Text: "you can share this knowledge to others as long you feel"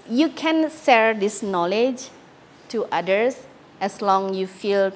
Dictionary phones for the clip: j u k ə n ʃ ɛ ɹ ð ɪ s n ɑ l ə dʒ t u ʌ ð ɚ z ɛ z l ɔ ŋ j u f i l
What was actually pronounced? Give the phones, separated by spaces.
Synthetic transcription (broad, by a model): j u k ə n s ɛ ɹ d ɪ s n ɑ l ə dʒ t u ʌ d ɚ s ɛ s l ɔ ŋ j u f i l